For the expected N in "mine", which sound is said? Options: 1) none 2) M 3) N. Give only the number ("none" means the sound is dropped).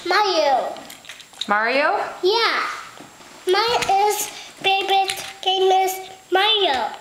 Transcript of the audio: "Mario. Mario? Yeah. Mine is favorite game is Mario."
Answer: 1